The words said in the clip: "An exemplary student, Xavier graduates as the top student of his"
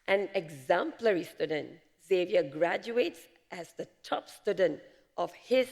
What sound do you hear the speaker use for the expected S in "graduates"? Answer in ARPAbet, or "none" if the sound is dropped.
S